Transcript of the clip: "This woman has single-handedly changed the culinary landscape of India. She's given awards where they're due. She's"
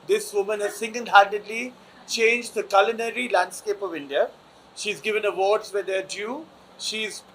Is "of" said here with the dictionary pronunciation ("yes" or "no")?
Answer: yes